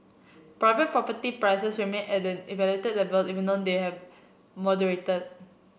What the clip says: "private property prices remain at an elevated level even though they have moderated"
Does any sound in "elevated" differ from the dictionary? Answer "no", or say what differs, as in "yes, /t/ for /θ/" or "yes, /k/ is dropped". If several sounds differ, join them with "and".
yes, /v/ is dropped